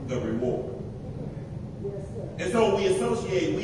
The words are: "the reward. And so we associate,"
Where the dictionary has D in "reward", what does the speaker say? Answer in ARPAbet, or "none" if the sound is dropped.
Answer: none